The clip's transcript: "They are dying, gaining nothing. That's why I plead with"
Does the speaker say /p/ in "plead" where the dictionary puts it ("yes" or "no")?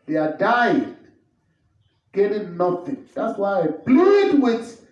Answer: no